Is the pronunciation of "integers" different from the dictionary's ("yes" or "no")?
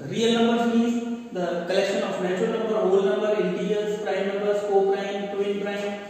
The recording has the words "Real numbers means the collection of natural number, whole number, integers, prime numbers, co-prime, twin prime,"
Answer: yes